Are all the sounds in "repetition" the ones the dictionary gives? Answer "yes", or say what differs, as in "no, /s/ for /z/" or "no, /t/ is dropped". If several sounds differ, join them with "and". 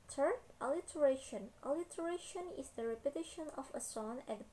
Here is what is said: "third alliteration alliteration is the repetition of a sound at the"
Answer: yes